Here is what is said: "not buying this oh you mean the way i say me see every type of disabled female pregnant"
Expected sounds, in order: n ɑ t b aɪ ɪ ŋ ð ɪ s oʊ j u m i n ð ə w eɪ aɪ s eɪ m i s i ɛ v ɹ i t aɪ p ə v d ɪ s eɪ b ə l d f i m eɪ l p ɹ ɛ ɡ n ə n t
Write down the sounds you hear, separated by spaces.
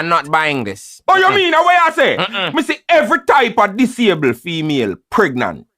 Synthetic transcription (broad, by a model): n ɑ t b aɪ ɪ ŋ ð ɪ s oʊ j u m i n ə w eɪ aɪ s eɪ m i s i ɛ v ɹ i t aɪ p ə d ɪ s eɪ ə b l f i m eɪ l p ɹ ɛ ɡ n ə n t